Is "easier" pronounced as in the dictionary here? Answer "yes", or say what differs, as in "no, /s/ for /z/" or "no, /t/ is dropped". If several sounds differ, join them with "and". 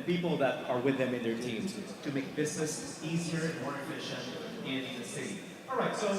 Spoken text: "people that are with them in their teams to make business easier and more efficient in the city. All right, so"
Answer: yes